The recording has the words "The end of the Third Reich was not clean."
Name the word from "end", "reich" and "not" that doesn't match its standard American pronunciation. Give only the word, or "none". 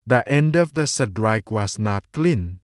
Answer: none